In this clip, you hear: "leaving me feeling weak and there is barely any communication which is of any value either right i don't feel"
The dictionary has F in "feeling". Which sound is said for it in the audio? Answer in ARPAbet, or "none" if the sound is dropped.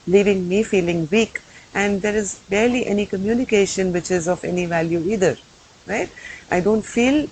F